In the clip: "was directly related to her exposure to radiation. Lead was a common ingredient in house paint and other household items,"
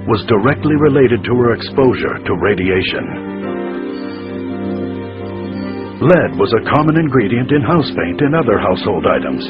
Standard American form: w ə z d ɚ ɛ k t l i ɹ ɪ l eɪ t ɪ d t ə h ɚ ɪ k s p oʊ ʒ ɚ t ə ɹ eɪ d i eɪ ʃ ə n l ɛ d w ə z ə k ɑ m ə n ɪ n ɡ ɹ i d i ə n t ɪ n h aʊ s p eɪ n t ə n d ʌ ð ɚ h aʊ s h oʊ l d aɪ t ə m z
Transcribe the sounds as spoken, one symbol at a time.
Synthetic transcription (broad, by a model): w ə z d ɚ ɛ k t l i ɹ ɪ l eɪ t ɪ d t ə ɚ ɪ k s p oʊ ʒ ɚ t ə ɹ eɪ d i eɪ ʃ ə n l ɛ d w ə z ə k ɑ m ə n ɪ n ɡ ɹ i d i ə n t ɪ n h aʊ s p eɪ n t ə n ʌ ð ɚ h aʊ s h oʊ l d aɪ t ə m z